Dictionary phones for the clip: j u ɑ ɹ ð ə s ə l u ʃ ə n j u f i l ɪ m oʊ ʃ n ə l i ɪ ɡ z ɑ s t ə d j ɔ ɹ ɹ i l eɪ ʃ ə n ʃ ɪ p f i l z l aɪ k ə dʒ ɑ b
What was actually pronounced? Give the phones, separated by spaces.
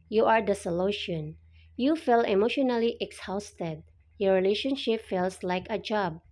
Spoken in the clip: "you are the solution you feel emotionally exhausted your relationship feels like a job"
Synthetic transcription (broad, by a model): j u ɑ ɹ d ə s ə l u ʃ ə n j u f i l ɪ m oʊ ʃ n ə l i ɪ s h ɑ s t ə d j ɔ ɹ ɹ i l eɪ ʃ ə n ʃ ɪ p f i l s l aɪ k ə dʒ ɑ b